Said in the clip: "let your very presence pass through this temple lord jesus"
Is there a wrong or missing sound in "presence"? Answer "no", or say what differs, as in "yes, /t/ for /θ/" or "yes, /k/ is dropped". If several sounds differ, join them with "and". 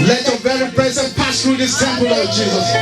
yes, /s/ is dropped